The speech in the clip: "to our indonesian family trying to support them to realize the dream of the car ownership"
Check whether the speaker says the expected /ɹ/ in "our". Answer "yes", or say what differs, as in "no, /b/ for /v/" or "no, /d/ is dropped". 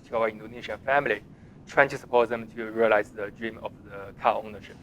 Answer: no, /w/ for /ɹ/